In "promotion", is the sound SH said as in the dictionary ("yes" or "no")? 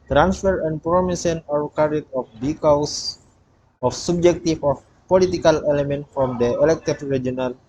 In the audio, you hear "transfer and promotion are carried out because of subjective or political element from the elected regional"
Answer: no